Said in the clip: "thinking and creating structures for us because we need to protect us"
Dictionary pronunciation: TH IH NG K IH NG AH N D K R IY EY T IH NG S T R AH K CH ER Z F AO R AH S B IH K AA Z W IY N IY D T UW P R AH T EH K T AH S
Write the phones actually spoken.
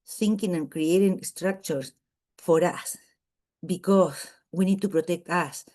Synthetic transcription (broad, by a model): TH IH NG K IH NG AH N K R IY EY T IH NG S T R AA K CH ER S F AO R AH S B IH K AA S W IY N IY D T UW P R AH T EH K T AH S